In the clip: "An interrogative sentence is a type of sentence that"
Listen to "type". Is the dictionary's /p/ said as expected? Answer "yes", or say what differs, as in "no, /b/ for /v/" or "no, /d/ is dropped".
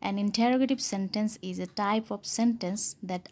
yes